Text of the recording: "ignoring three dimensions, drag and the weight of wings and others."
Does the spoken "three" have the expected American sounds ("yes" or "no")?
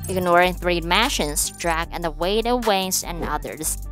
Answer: yes